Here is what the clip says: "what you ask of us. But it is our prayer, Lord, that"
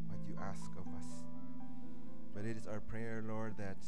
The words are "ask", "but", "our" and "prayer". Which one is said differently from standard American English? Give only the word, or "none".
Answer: none